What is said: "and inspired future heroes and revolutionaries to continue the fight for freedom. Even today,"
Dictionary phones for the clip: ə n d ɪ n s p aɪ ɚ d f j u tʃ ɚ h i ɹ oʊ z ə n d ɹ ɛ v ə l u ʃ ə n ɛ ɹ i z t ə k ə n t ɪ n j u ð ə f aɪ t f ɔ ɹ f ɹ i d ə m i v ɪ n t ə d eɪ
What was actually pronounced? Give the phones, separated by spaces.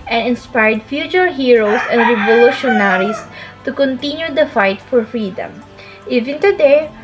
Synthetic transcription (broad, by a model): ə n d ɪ n s p aɪ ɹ d f j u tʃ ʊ h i ɹ oʊ s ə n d ɹ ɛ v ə l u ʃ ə n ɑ ɹ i s t ə k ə n t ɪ n j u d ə f aɪ t f ɔ ɹ f ɹ i d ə m i v ɪ n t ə d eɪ